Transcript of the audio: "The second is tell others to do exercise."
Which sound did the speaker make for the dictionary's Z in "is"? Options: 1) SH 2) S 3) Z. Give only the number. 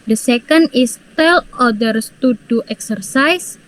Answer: 2